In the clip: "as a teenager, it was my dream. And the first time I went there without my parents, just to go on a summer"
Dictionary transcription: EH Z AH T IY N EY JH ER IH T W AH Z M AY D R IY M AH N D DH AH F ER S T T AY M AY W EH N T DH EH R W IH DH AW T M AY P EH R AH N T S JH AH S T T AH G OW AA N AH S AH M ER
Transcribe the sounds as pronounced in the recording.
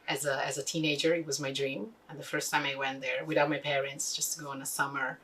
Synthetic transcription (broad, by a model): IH Z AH T IY N EY JH ER IH T W AH Z M AY D R IY M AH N DH AH F ER S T T AY M AY W EH N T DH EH R W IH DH AW T M AY P EH R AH N T S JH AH S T T G OW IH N AH S AH M ER